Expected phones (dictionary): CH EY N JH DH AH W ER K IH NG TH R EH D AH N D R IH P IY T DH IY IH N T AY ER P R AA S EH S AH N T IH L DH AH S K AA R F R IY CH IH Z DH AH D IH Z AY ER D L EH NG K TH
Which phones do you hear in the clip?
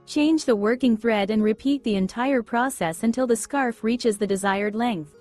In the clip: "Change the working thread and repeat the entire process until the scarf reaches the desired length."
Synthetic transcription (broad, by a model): CH EY N JH DH AH W ER K IH NG TH R EH D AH N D R IH P IY T DH IY IH N T AY ER P R AA S EH S AH N T IH L DH AH S K AA R F R IY CH IH Z DH AH D IH Z AY ER D L EH NG K TH